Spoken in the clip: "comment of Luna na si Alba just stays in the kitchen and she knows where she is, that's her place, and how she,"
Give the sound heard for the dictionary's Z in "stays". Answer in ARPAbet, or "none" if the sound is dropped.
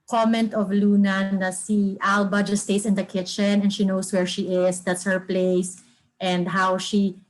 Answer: S